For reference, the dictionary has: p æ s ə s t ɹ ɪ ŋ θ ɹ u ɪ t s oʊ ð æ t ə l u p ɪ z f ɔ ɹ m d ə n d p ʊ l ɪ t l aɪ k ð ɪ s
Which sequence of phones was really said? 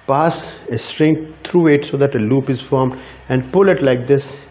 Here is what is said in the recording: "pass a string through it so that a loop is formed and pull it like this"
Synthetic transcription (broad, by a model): p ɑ s ə s t ɹ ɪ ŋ t ɹ u ɪ t s oʊ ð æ t ə l u p ɪ z f ɔ ɹ m d ə n d p ʊ l ɪ t l aɪ k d ɪ s